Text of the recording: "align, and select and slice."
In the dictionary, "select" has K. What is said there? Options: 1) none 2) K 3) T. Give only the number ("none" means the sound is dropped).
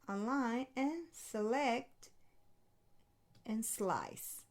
2